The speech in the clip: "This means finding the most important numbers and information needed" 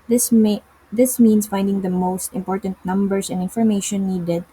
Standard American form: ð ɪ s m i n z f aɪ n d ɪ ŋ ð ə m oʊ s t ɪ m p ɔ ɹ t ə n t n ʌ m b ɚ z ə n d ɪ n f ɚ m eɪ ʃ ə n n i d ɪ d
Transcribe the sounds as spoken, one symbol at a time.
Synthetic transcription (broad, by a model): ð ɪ s m i n s f aɪ n d ɪ ŋ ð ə m oʊ s t ɪ m p ɔ ɹ t ə n t n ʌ m b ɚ s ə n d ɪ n f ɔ m eɪ ʃ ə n n i d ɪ d